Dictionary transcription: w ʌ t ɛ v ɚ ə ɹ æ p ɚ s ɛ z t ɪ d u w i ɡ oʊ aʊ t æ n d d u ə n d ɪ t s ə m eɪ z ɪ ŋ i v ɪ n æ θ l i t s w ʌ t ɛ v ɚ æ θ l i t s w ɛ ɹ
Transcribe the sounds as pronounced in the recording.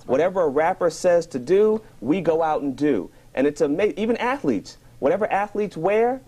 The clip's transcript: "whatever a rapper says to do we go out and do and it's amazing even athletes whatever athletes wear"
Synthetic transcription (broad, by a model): w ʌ t ɛ v ɚ ə ɹ æ p ɚ s ɛ z t ɪ d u w i ɡ oʊ aʊ t n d d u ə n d ɪ t s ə m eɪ ɪ i v ɪ n æ θ l i t s w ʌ t ɛ v ɚ æ θ l i t s w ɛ ɹ